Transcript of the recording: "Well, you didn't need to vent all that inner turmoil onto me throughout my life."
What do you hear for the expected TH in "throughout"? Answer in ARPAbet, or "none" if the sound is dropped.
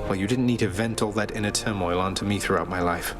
TH